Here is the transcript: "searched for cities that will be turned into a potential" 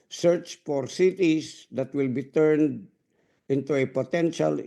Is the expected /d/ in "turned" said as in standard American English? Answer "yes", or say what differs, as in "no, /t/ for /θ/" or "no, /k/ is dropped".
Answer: yes